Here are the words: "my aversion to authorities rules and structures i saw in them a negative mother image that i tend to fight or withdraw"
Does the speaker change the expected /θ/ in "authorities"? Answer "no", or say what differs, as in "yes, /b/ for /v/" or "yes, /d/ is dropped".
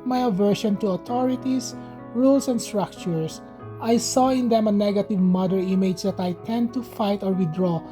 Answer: yes, /t/ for /θ/